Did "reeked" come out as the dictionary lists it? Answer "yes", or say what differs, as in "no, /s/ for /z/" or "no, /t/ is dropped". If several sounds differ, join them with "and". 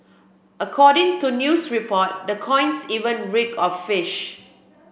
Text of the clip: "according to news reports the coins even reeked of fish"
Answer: no, /t/ is dropped